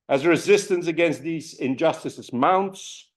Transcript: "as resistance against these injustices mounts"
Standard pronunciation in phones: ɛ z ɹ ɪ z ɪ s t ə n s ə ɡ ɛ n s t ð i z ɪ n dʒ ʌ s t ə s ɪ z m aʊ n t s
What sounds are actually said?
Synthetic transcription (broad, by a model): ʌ z ɹ ɪ z ɪ s t ə n s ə ɡ ɛ n s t ð i z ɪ n dʒ ʌ s t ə s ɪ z m aʊ n t s